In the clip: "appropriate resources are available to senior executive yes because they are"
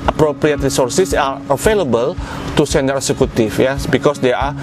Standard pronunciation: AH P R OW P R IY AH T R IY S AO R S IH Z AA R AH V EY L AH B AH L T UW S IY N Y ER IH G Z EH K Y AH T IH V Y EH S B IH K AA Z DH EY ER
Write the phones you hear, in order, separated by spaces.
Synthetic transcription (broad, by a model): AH P R OW P R IY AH T R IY S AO R S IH S AA R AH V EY L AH B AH L T UW S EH N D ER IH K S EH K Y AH T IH F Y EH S B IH K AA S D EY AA